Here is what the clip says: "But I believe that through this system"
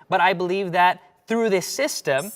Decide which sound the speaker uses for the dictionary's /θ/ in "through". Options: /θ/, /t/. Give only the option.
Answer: /θ/